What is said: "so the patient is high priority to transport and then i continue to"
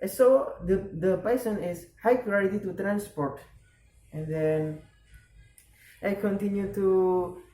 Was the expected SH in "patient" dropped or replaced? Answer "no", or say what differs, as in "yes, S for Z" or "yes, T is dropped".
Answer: yes, S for SH